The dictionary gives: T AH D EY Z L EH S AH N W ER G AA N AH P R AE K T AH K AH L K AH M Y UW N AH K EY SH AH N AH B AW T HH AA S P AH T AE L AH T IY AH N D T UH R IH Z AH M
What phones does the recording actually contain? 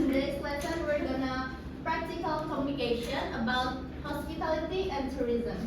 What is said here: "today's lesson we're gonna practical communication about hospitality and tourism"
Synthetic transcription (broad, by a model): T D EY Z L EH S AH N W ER G AA N AH P R AE K T AH K AH L K AH M Y UW N AH K EY SH AH N AH B AW T HH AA S P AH T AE L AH T IY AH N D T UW R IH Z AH M